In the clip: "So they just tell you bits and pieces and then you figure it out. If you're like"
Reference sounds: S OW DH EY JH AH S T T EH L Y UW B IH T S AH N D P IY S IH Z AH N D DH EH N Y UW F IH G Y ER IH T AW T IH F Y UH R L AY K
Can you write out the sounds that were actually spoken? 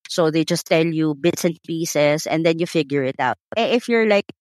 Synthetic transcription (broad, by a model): S OW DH EY JH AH S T T EH L Y UW B IH T S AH N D P IY S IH S AH N D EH N Y UW F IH G Y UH IH T AW T IH F Y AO R L AY K